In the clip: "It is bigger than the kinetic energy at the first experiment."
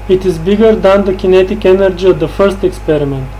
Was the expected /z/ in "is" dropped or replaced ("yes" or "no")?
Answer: no